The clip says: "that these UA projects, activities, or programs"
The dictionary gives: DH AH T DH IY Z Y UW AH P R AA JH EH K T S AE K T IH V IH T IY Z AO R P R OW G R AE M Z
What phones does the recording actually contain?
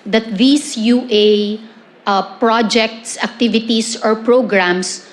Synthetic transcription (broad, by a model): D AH T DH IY S Y UW AH P R AA JH EH K T S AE K T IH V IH T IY S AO R P R OW G R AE M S